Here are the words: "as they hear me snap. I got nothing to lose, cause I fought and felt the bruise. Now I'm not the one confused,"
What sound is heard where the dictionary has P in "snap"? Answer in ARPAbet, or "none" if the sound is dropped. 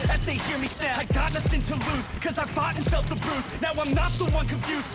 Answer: none